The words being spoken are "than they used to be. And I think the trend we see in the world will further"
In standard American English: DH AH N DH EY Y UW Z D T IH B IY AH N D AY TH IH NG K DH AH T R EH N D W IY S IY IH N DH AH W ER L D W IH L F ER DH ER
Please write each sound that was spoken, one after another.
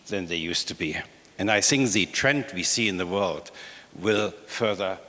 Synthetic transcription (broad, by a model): DH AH N DH EY Y UW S T IH B IY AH N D AY TH IH NG K DH AH T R EH N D W IY S IY IH N DH AH W ER L D W IH L F ER DH ER